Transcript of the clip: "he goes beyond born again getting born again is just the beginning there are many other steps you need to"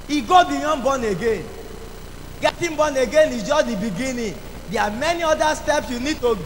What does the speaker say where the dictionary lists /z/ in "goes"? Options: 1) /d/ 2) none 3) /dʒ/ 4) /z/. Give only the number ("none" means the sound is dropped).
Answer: 2